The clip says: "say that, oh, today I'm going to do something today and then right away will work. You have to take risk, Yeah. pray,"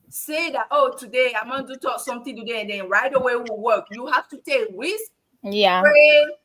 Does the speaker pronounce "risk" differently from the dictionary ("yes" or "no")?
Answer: yes